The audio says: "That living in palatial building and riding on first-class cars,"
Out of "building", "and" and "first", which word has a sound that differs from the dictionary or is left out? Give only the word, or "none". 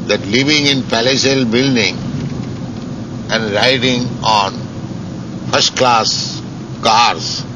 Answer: none